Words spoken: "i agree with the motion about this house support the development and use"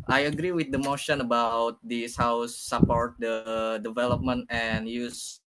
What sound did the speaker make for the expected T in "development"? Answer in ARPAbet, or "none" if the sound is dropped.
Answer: T